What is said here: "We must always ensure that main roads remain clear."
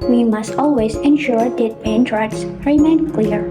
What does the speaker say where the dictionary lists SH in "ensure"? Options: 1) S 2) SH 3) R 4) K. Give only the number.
2